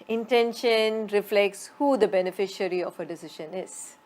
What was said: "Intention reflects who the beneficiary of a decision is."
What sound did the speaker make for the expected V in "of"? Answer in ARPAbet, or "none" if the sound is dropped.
F